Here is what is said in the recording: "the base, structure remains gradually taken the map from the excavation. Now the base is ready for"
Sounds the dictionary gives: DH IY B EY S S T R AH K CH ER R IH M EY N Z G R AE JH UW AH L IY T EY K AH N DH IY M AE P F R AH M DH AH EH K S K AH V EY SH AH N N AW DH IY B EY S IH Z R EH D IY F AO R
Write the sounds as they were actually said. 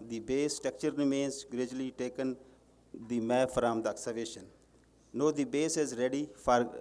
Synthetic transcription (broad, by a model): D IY B EY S S T AH K CH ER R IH M EY N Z G R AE JH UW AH L IY T EY K AH N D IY M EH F R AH M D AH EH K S AH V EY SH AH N N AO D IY B EY S IH Z R EH D IY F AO R